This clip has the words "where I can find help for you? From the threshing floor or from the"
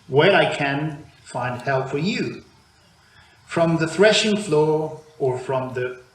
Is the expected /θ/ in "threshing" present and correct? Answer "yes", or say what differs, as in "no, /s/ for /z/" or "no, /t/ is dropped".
yes